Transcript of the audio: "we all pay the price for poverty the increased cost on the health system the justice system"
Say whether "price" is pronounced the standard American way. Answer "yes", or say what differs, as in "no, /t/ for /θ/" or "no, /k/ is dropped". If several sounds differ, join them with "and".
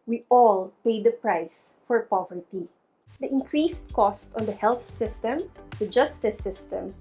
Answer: yes